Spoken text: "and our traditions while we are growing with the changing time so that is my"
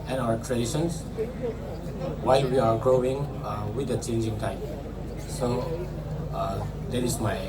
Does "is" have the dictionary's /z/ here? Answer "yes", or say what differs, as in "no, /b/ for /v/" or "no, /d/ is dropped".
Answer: no, /s/ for /z/